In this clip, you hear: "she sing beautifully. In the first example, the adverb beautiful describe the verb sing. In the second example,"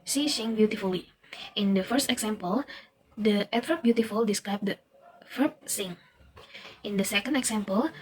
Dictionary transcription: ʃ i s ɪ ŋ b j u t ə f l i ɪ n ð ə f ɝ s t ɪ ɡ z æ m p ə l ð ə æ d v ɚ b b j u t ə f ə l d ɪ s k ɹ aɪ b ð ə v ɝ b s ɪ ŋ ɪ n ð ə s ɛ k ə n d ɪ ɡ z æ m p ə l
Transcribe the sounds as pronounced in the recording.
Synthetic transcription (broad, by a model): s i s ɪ ŋ b j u t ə f l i ɪ n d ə f ɝ s t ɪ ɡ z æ m p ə l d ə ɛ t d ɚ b b j u t ə f ə l d ɪ s k ɹ aɪ b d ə f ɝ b s ɪ ŋ ɪ n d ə s ɛ k ə n d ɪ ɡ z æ m p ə l